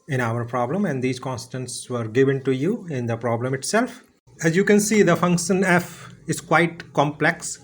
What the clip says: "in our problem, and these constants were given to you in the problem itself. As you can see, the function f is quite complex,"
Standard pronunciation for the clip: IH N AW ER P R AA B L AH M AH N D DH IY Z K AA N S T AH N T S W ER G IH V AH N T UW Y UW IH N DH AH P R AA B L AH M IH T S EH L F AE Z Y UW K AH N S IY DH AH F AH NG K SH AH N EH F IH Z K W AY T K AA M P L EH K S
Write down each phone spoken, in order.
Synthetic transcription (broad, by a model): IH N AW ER P R AA B L AH M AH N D IY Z K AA N S T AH N S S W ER G IH V AH N T UW Y UW IH N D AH P R AA B L AH M IH T S EH L F AE Z Y UW K AH N S IY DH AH F AH NG K SH AH N EH F IH Z K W AY T K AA M P L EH K S